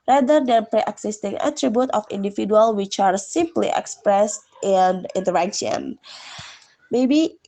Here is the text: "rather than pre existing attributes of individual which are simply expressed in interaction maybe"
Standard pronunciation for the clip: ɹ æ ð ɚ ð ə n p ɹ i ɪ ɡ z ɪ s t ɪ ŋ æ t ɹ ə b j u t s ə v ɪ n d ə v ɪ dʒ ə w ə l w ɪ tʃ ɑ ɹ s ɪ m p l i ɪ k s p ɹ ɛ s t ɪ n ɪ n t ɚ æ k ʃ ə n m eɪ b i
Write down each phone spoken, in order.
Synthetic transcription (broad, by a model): ɹ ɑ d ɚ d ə n p ɹ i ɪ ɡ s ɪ s t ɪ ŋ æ t ɹ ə b j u t ə f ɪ n d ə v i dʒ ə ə l w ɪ tʃ ɑ ɹ s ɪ m p l i ɪ k s p ɹ ɛ s t ɪ n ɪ n t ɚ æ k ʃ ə n m eɪ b i